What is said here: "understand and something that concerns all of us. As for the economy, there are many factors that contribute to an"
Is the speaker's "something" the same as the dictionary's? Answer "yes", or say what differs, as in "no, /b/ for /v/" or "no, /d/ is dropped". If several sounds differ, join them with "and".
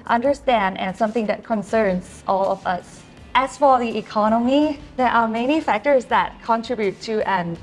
yes